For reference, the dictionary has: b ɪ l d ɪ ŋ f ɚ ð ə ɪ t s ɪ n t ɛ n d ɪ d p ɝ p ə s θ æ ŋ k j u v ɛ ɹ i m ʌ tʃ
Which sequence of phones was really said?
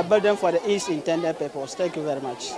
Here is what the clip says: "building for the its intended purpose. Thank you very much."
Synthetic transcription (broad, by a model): b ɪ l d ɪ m f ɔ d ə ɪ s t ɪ n t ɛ n d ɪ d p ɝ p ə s t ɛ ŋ k j u v ɛ ɹ i m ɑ tʃ